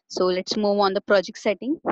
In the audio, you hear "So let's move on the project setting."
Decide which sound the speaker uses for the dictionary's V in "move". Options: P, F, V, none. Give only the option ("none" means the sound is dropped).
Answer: V